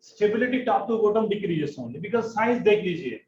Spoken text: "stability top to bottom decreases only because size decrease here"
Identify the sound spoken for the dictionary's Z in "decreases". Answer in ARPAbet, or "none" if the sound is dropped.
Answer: S